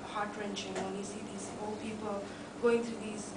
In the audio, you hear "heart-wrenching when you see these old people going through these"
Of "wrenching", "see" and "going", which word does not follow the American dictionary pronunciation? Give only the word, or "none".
none